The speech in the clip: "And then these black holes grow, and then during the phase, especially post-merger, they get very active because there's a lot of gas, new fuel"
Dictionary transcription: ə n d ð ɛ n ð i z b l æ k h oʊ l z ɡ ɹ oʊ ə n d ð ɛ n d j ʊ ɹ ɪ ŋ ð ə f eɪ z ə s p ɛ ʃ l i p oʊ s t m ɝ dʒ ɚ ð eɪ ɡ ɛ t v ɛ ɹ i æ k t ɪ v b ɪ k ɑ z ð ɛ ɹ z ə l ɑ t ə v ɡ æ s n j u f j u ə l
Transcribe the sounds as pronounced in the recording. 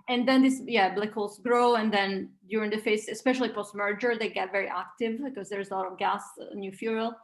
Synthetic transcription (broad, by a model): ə n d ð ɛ n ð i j b l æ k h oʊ l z ɡ ɹ oʊ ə n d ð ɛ n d j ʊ ɹ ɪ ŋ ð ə f eɪ s ə s p ɛ ʃ l i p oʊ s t m ɝ dʒ ɚ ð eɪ ɡ ɛ t v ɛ ɹ i æ k t ɪ v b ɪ k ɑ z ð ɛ ɹ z ə l ɑ t ə v ɡ æ s n j u f j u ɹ l